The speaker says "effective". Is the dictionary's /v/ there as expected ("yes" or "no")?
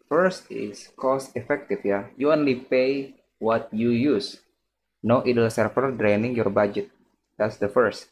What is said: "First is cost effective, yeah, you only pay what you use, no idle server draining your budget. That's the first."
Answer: no